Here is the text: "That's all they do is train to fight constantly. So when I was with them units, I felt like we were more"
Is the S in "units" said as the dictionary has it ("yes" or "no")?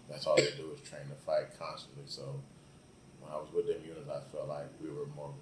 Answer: no